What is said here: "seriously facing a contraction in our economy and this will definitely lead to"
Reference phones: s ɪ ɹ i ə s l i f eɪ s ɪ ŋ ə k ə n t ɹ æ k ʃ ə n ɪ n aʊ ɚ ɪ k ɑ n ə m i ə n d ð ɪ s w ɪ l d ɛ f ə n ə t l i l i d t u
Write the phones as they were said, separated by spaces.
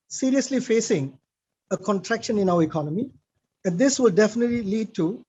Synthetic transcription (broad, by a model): s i ɹ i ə s l i f eɪ s ɪ ŋ ə k ə n t ɹ æ k ʃ ə n ɪ n aʊ ɚ ɪ k ɑ n ə m i ə n d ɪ s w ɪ l d ɛ f ə n ə t l i l i d t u